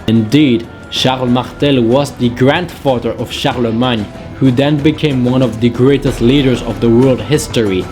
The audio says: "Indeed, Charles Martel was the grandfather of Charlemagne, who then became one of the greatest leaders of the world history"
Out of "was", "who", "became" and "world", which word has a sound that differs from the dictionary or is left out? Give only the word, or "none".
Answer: none